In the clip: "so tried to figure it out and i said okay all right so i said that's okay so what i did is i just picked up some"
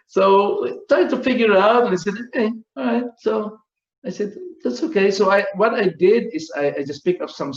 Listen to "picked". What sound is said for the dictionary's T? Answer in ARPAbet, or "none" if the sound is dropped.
none